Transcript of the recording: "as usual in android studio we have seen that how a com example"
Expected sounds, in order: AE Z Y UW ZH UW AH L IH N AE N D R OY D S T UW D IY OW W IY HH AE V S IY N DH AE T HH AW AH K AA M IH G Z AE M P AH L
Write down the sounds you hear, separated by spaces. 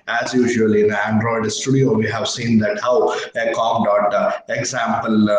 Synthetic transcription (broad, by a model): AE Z Y UW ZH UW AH L IH N AE N D R OY D S T UW D IY OW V IY HH AE V S IY N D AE T HH AW AH K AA M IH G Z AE M P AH L